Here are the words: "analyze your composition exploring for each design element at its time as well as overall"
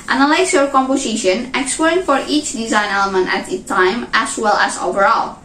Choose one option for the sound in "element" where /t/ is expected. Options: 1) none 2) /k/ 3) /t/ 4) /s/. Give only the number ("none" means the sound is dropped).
3